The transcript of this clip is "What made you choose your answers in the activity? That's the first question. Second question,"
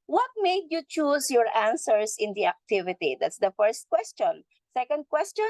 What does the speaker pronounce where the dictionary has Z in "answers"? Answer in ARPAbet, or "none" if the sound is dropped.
S